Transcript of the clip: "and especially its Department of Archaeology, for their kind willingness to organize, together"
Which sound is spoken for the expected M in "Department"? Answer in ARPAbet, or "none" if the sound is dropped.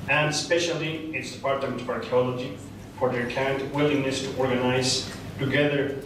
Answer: none